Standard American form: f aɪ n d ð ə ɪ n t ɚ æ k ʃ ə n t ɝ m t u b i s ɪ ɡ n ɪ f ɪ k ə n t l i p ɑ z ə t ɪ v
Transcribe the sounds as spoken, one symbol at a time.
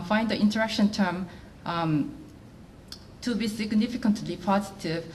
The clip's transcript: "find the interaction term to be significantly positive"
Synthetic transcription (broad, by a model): f aɪ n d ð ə ɪ n t ɚ æ k ʃ ə n t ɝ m t u b i s ɪ ɡ n ɪ f ɪ k ə n t l i p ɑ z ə t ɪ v